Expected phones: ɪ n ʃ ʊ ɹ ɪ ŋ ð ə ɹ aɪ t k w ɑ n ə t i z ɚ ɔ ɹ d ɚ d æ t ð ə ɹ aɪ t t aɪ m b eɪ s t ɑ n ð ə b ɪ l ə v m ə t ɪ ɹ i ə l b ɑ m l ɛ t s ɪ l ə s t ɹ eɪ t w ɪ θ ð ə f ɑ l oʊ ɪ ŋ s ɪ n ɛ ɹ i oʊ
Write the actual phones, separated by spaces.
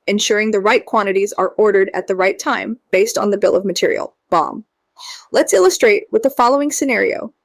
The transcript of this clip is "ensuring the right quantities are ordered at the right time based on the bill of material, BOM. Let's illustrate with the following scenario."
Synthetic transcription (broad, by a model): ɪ n ʃ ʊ ɹ ɪ ŋ ð ə ɹ aɪ t k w ɑ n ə t i z ɚ ɔ ɹ d ɚ d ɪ t ð ə ɹ aɪ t t aɪ m b eɪ s t n ð ə b ɪ l ə v m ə t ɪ ɹ i l b ɑ m l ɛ t s ɪ l ə s t ɹ eɪ t w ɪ ð ə f ɑ l oʊ ɪ ŋ s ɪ n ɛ ɹ i oʊ